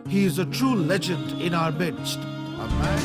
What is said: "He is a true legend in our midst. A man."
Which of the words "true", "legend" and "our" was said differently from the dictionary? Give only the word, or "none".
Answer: none